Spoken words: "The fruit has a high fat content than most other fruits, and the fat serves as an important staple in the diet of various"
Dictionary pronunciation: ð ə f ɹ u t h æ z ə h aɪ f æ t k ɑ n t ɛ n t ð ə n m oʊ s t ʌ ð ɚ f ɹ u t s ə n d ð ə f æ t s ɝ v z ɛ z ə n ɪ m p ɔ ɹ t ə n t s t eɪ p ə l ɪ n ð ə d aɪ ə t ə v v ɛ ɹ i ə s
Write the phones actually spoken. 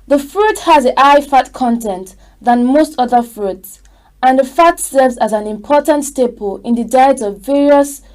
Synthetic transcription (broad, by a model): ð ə f ɹ u t h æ z ə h aɪ f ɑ t k ɑ n t ɛ n t ð ə n m oʊ s t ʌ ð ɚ f ɹ u t s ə n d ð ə f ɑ t s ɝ v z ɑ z ə n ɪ m p ɔ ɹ t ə n t s t eɪ p ə l ɪ n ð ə d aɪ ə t ə v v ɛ ɹ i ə s